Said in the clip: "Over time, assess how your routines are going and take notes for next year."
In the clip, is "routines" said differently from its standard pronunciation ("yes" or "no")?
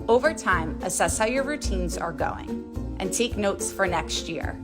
no